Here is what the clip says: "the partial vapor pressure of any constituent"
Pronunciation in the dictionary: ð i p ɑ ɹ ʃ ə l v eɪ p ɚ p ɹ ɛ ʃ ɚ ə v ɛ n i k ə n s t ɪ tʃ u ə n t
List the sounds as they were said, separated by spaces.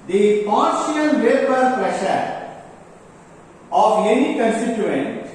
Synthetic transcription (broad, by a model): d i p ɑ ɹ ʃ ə n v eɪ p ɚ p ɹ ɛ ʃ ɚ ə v ɛ n i k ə n s t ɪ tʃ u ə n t